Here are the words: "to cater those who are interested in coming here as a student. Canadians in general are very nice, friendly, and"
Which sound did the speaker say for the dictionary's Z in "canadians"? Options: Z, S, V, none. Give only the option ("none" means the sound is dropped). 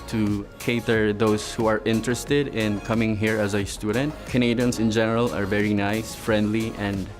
S